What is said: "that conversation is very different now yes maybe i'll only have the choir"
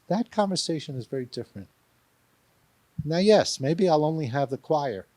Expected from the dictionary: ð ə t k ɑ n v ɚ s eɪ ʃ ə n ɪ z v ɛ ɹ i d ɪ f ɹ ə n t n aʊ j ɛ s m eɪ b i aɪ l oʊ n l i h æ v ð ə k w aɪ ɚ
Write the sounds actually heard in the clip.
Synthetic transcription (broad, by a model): ð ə t k ɑ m v ɚ s eɪ ʃ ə n ɪ z v ɛ ɹ i d ɪ f ɹ ə n t n aʊ j ɛ s m eɪ b i aɪ l oʊ n l i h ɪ v ð ə k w aɪ ɚ